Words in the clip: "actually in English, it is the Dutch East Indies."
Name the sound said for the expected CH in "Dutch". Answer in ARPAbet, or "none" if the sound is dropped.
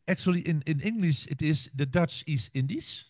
CH